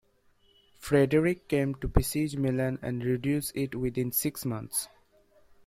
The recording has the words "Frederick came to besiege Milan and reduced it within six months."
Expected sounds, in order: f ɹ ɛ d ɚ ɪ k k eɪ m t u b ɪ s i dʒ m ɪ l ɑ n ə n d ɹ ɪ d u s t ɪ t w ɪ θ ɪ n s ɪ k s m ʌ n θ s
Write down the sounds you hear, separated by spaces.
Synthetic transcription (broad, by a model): f ɹ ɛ d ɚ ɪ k k eɪ m t u b ɪ s i dʒ m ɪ l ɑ n ə n d ɹ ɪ d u s ɪ t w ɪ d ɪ n s ɪ k s m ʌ n t s